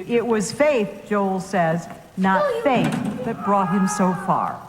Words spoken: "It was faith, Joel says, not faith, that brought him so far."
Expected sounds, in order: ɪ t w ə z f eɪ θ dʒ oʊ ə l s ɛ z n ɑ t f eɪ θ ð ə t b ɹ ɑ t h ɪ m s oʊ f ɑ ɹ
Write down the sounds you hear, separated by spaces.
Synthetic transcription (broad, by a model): ɪ t w ə z f eɪ θ dʒ oʊ ə l s ɛ z n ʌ t f eɪ θ ð ə t b ɹ ɑ t h ɪ m s oʊ f ɑ ɹ